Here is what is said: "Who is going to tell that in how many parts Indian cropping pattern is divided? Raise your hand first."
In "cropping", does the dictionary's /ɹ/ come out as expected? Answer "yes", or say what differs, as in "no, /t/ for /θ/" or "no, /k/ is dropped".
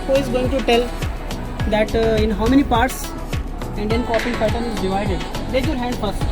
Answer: no, /ɹ/ is dropped